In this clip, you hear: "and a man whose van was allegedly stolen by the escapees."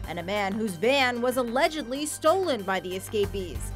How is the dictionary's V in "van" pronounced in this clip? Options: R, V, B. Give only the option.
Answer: B